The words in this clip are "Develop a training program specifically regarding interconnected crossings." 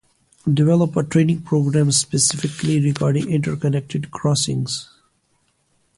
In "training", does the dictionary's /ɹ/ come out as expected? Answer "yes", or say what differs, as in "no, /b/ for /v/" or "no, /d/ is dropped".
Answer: yes